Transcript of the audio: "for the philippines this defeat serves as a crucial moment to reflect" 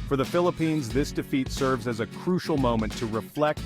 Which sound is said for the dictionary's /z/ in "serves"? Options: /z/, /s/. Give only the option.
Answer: /z/